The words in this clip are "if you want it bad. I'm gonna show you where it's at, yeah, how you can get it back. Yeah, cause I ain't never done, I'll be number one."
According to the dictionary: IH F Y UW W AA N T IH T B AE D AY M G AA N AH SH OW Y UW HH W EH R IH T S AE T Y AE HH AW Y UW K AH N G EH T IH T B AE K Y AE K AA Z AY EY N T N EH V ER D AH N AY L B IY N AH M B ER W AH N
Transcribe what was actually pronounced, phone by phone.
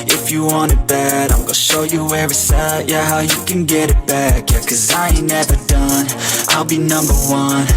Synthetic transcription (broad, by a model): IH F Y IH W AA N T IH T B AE D AY M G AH SH OW Y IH HH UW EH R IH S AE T Y AE HH AW Y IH K AH N G EH T IH T B AE K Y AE K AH Z AY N N EH V ER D AH N AY L B IY N AH M B ER W AH N